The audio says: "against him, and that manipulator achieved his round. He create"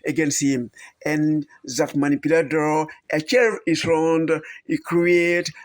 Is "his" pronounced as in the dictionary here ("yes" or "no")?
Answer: no